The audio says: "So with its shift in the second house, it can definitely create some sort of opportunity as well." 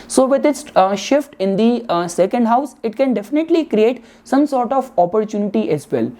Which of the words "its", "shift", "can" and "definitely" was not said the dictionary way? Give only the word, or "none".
none